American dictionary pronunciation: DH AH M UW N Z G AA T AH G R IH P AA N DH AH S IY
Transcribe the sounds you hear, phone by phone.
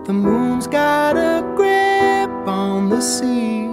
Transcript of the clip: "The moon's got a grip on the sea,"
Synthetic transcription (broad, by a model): DH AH M UW N Z G AA T AH G R IH P N DH AH S IY